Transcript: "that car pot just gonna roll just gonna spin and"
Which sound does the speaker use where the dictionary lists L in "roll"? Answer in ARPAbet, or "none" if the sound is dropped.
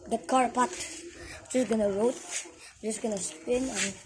W